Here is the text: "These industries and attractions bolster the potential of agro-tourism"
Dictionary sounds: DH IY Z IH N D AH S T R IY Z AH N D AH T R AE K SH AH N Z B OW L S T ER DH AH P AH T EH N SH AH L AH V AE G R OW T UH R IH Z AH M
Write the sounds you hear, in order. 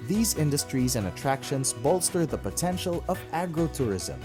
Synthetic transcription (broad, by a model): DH IY Z IH N D AH S T R IY Z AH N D AH T R AE K SH AH N Z B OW L S T ER DH AH P AH T EH N SH AH L AH V AE G R OW T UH R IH Z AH M